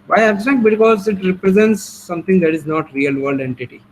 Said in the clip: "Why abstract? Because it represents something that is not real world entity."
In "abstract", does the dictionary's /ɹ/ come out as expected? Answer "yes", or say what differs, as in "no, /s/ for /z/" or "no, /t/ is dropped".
no, /ɹ/ is dropped